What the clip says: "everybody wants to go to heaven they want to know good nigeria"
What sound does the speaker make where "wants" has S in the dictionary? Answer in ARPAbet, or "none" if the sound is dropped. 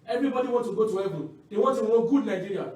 none